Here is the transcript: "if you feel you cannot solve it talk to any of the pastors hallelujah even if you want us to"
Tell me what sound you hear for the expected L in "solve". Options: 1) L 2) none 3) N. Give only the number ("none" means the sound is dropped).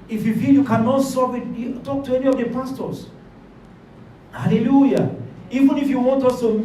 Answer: 2